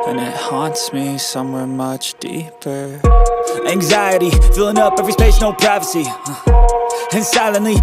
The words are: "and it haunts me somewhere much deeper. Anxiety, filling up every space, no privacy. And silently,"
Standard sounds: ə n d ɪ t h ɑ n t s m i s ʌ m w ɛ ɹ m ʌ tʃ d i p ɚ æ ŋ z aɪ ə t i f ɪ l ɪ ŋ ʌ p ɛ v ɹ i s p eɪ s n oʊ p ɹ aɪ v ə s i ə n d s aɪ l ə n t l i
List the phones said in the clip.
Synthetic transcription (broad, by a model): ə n ɪ t h ɑ n t s m i s ʌ m w ɛ ɹ m ʌ tʃ d i p ɚ æ ŋ z aɪ ə t i f ɪ l ɪ ŋ ʌ p ɛ v ɹ i s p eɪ ʃ n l p ɹ aɪ v ə s i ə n s aɪ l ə n l i